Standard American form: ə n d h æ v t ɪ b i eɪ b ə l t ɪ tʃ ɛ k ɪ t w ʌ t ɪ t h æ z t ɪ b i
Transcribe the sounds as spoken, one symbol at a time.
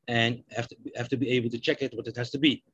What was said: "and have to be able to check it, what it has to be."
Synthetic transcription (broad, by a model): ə n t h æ f t ɪ b i eɪ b l t ɪ tʃ ɛ k ɪ t w ʌ t ɪ t h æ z t ɪ b i